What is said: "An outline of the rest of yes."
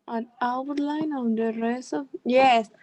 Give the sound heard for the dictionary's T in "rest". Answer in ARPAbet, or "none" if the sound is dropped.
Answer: none